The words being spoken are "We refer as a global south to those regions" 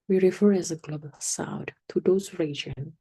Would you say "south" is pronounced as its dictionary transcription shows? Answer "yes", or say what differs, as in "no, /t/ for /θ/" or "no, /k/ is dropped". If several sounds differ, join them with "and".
no, /t/ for /θ/